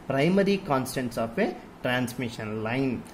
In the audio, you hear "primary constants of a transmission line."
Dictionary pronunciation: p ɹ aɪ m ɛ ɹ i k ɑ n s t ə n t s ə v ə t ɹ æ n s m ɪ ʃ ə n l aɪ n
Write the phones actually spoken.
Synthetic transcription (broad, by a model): p ɹ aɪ m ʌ ɹ i k ɑ n s t ə n t s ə p ə t ɹ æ n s m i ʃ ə n l aɪ n